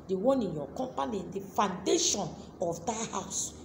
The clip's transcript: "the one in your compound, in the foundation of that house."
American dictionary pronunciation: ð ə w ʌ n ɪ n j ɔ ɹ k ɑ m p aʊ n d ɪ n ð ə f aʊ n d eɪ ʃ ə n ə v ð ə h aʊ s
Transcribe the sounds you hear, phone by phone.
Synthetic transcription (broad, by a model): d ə w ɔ n ɪ n j ɔ k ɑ m p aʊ n ɪ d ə f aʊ n d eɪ ʃ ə n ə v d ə h aʊ s